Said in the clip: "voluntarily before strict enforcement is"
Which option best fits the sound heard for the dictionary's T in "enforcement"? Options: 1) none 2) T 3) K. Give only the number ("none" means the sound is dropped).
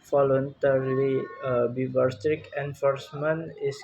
1